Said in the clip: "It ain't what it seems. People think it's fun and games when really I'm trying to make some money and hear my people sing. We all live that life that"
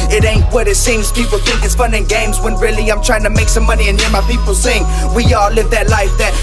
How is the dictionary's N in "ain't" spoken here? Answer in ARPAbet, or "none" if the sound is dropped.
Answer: N